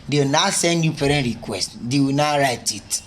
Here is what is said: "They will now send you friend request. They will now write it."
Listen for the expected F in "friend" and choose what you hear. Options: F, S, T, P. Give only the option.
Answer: P